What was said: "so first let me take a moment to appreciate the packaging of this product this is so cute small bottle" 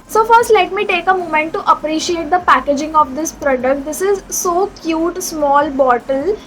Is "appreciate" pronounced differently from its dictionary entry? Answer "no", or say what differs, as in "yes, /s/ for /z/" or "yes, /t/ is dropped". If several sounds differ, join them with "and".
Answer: no